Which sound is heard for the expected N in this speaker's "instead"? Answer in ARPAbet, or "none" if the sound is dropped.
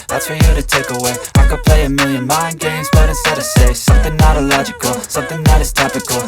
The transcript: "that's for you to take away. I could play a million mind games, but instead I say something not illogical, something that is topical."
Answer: none